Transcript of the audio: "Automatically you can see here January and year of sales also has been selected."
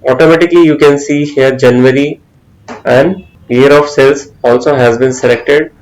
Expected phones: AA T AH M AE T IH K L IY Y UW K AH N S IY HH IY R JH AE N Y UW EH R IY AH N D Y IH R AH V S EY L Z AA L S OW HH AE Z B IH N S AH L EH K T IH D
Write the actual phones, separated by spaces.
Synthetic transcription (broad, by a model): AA T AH M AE T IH K L IY Y UW K AH N S IY HH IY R JH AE N Y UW R IY AH N D Y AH R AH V S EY L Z AA L S OW HH AE Z B IH N S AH L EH K T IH D